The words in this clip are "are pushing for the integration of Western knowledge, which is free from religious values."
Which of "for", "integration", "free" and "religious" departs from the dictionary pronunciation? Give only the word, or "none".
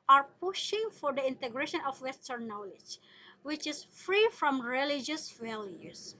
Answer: none